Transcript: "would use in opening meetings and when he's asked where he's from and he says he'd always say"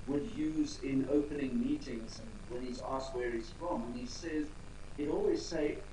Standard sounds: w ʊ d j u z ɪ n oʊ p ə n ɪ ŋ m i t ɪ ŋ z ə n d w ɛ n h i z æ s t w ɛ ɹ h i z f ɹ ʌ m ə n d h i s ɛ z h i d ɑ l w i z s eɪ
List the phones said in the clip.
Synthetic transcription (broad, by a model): w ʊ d j u z ɪ n oʊ p ə n ɪ ŋ m i t ɪ ŋ z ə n w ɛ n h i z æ s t w ɛ ɹ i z f ɹ ʌ m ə n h i s ɛ z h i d ɑ l w i z s eɪ